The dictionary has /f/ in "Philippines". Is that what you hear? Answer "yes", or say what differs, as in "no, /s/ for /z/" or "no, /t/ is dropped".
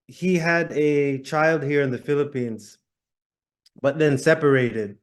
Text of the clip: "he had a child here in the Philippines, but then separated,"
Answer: yes